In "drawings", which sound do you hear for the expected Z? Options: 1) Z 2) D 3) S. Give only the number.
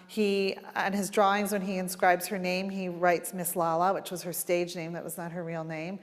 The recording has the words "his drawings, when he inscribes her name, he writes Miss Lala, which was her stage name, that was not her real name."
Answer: 1